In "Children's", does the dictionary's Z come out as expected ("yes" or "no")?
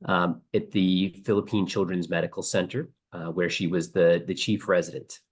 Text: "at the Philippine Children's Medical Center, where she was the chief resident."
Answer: yes